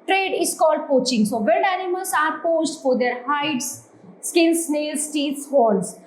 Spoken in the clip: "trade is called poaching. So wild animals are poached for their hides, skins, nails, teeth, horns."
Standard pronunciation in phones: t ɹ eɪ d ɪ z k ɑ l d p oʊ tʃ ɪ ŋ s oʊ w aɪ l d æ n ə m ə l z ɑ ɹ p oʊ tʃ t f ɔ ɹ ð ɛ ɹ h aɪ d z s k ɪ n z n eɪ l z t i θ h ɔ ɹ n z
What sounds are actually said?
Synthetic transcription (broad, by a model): t ɹ eɪ d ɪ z k ɑ l d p oʊ tʃ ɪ ŋ s oʊ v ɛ n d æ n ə m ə l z ɑ ɹ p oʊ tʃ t f ɔ ɹ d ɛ ɹ h aɪ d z s k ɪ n s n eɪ l s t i s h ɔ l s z